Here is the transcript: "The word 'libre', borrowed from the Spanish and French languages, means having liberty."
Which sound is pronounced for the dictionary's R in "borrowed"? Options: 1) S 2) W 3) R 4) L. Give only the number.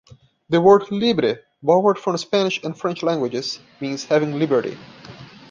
2